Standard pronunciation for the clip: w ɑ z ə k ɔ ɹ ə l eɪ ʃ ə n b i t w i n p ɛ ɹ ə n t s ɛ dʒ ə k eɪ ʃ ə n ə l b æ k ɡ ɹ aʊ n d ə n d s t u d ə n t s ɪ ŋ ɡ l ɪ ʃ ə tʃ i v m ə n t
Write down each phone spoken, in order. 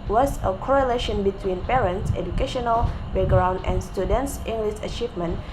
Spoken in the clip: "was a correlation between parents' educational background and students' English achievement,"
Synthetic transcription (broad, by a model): w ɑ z ə k ɔ ɹ ə l eɪ ʃ ə n b i t w i n p ɛ ɹ ə n t s ɛ dʒ ə k eɪ ʃ ə n ə l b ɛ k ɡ ɹ aʊ n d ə n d s t u d ə n t s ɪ ŋ ɡ l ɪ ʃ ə tʃ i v m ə n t